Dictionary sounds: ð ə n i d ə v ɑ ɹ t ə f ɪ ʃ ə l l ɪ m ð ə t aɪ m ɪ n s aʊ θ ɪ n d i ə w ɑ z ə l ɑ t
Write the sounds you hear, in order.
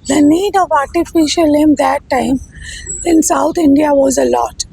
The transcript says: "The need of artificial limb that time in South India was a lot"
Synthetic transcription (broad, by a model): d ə n i d ə v ɑ ɹ t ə f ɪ ʃ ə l l ɪ m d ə t aɪ m ɪ n s aʊ t ɪ n d i ə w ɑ z ə l ɑ t